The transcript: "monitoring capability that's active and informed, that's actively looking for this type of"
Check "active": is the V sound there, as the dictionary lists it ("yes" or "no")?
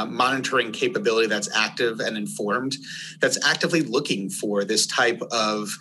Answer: yes